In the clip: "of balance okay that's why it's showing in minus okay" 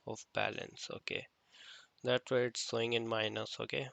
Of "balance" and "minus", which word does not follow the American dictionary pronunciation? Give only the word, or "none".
none